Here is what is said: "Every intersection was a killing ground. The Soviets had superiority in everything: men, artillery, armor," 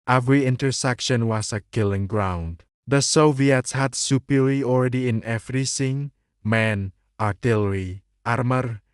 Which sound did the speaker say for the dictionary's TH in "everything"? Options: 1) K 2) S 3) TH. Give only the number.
2